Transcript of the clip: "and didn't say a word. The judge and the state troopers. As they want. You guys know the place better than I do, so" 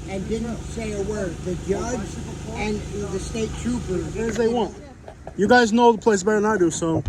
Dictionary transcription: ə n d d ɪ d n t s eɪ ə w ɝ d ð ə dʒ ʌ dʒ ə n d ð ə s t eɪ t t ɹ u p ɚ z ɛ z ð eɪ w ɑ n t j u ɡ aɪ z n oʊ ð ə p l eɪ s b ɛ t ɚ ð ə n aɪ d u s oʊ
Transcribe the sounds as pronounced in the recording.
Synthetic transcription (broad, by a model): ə n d d ɪ d n t s eɪ ə w ɝ d ð ə dʒ ʌ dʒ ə n ð ə s t eɪ t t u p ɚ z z ð eɪ w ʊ n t j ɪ ɡ aɪ z n oʊ ð ə p l eɪ s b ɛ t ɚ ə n aɪ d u s oʊ